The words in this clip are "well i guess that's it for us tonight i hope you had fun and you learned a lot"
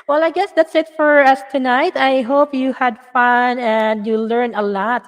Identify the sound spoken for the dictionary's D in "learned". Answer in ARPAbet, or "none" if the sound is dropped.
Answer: none